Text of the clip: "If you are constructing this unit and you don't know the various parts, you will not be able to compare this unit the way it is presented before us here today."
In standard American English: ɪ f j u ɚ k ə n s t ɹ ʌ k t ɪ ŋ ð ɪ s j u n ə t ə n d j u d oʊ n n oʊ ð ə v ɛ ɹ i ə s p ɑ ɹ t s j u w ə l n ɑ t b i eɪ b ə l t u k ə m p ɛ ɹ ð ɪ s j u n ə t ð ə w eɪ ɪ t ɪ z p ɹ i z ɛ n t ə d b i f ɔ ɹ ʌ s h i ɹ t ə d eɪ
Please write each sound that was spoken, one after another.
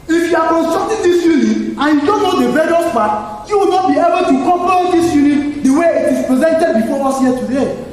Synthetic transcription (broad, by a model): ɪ f j u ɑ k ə n s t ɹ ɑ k t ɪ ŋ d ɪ s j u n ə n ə n j u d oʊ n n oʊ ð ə b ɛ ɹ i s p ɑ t j u w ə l n ɑ t b i eɪ b ə l t u k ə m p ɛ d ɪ s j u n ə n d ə w eɪ ɪ t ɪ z p ɹ i z ɛ n t ə d b i f ɔ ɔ s h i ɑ t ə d eɪ